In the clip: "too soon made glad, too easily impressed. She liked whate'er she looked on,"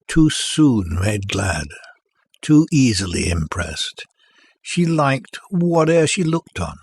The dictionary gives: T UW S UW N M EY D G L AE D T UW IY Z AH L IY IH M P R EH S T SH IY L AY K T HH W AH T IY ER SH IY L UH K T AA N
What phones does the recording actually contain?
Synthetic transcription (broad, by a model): T UW S UW N M EY D G L AE D T UW IY Z AH L IY IH M P R EH S T SH IY L AY K T W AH T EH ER SH IY L UH K T N